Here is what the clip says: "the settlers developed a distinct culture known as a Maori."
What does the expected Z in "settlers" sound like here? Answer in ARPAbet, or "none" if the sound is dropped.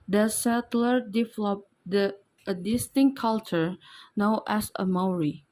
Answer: none